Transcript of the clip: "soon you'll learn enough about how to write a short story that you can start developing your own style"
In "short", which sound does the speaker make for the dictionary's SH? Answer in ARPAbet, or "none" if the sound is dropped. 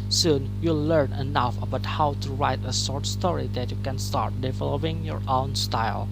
S